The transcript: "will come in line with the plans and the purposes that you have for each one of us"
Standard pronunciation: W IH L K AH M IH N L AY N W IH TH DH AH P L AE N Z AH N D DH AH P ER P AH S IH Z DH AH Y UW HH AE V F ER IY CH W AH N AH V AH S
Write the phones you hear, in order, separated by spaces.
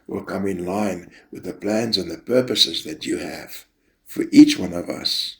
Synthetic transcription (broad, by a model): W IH L K AH M IH N L AY N W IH DH AH P L AE N Z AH N DH AH P ER P AH S IH Z DH AH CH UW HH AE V F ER IY CH W AH N AH V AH S